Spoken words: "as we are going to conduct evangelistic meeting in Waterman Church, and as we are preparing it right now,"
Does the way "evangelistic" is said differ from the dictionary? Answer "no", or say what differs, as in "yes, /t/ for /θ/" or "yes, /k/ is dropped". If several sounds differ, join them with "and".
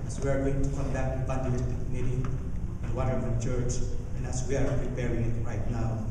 yes, /b/ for /v/ and /n/ is dropped